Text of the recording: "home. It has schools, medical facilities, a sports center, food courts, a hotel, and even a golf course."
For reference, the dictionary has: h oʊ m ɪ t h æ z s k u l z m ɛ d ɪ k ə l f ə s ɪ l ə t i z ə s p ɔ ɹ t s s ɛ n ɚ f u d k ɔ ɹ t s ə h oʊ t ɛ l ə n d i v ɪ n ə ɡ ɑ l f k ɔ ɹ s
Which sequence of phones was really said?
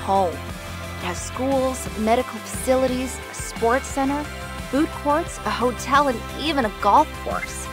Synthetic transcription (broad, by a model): h oʊ m ɪ t h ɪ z s k u l z m ɛ d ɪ k l f ə s ɪ l ə t i z ə s p ɔ ɹ t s s ɛ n ɚ f u d k ɔ ɹ t s ə h oʊ t ɛ l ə n i v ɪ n ə ɡ ɑ l f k ɔ ɹ s